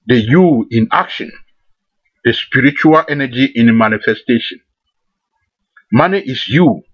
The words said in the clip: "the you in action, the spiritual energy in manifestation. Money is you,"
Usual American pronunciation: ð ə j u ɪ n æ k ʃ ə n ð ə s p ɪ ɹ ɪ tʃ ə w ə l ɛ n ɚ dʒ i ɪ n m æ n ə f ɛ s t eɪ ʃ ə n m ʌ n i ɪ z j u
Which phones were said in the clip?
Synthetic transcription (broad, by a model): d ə j u ɪ n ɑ k ʃ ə n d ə s p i ɹ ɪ tʃ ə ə l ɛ n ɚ dʒ i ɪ n m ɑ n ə f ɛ s t eɪ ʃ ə n m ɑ n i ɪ s j u